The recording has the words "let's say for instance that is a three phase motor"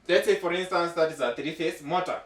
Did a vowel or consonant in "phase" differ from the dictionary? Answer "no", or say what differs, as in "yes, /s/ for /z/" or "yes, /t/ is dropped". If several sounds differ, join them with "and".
yes, /s/ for /z/